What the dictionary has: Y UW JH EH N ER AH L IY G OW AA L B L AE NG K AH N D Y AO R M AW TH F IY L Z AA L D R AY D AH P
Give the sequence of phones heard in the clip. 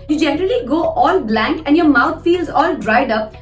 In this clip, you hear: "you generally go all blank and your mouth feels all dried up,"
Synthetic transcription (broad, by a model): Y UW JH EH N ER AH L IY G OW AA L B L AE NG K AH N D Y AO R M AW T F IY L Z AA L D R AY D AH P